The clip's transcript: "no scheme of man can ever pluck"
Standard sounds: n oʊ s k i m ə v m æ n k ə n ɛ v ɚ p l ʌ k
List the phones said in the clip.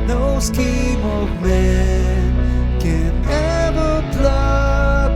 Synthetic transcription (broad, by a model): n oʊ s k i m ə v m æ n k ə n ɛ v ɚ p l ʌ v